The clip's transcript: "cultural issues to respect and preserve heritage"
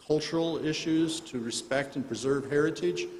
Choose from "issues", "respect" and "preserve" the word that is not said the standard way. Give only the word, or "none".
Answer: none